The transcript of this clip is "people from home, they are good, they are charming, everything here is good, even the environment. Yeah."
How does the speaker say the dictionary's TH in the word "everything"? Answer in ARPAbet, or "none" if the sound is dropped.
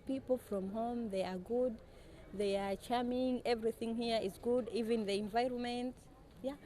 TH